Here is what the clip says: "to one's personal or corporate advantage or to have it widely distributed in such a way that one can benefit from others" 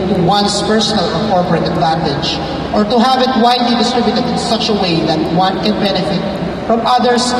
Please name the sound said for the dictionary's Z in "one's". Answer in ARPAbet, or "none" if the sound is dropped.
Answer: S